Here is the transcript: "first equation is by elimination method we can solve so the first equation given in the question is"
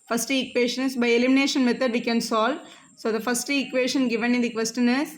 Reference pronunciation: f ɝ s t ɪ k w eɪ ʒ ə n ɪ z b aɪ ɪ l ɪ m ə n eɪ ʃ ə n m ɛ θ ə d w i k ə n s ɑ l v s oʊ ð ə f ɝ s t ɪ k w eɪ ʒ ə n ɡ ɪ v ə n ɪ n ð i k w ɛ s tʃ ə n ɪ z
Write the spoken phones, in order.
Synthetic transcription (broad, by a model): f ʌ s t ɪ k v eɪ ʃ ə n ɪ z b aɪ ɪ l ɪ m ə n eɪ ʃ ə n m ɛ t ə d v i k ə n s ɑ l s oʊ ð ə f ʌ s t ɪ k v eɪ ʃ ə n ɡ ɪ v ə n ɪ n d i k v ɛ s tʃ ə n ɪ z